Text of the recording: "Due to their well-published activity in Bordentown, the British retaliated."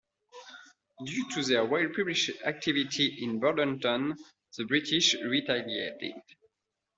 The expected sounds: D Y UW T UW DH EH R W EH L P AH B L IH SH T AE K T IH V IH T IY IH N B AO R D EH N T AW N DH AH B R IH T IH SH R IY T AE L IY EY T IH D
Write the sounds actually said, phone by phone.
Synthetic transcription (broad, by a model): D Y UW T UW DH EH R W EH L P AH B L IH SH AE K T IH V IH T IY IH N B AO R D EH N T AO N DH AH B R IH T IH SH R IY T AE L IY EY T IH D